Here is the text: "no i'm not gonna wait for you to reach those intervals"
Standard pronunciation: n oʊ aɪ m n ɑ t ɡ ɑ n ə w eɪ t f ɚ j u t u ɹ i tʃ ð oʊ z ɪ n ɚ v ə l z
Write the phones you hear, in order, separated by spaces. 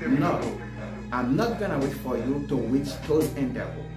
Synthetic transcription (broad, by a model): n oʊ aɪ m n ɑ t ɡ ɑ n ə w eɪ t f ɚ j u t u w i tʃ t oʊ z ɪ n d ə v